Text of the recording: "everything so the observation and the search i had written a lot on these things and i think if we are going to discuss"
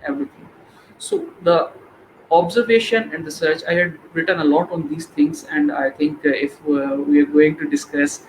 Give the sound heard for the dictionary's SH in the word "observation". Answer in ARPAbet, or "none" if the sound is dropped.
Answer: SH